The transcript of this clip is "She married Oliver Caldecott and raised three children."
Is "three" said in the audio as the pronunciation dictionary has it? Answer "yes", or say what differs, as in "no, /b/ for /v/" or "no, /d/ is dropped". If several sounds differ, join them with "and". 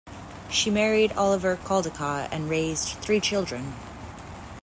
yes